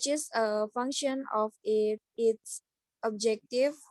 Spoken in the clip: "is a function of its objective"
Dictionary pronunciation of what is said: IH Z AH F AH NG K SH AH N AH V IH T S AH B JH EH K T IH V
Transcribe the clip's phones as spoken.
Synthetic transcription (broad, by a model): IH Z AH F AH NG K SH AH N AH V IH T S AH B JH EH K T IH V